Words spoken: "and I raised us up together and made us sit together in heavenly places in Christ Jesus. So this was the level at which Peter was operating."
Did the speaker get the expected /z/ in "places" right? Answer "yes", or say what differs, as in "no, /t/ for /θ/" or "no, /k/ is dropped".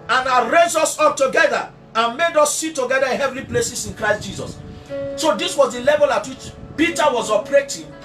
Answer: no, /s/ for /z/